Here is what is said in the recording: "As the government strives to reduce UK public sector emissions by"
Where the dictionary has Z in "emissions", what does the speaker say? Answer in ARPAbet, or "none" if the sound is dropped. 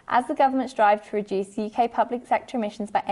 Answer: Z